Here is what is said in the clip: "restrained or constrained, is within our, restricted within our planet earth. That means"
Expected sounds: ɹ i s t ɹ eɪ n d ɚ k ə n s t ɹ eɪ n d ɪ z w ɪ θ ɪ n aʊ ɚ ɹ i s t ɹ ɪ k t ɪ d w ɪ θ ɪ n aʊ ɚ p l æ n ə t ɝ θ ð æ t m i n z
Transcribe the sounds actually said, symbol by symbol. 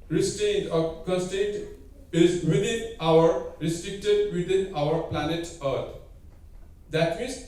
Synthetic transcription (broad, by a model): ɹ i s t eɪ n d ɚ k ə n s t eɪ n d ɪ z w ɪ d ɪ n aʊ ɚ ɹ i s t ɹ ɪ k t ɪ d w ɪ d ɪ n aʊ ɚ p l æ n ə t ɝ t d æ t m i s